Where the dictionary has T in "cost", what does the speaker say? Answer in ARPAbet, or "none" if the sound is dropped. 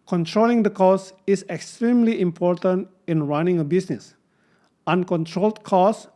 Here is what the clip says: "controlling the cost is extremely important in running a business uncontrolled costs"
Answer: none